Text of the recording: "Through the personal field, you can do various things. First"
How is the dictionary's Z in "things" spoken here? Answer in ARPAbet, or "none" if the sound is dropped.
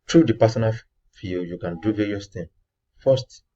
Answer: none